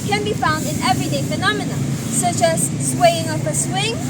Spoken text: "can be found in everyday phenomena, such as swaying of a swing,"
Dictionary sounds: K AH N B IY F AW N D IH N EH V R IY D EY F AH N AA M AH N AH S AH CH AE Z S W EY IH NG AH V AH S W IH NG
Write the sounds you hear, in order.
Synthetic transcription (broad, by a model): K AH N B IY F AW N D IH N EH V R IY D EY F AH N AA M AH N AH S AH CH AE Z S W EY IH NG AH P AH S W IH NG